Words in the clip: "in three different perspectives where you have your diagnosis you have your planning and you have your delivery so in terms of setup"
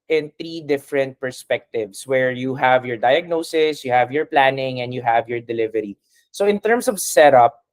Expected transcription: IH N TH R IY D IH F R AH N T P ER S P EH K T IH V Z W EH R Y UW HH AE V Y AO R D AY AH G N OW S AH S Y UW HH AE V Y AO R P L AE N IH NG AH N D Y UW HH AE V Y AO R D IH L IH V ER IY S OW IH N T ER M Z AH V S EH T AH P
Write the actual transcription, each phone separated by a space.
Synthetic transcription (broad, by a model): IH N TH R IY D IH F R AH N T P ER S P EH K T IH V S W EH R Y UW HH AE V Y AO R D AY AH G N OW S AH S Y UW HH AE V Y AO R P L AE N IH NG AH N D Y UW HH AE V Y AO R D IH L IH V ER IY S OW IH N T ER M S AH V S EH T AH P